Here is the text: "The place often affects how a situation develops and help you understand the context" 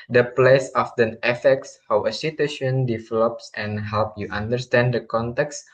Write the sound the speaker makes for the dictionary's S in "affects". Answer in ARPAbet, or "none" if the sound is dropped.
S